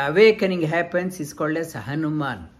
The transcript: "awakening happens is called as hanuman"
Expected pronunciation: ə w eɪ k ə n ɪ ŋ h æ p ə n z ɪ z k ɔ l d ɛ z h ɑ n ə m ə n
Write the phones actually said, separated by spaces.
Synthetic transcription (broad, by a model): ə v eɪ k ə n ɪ ŋ h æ p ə n s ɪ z k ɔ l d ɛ s h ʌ n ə m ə n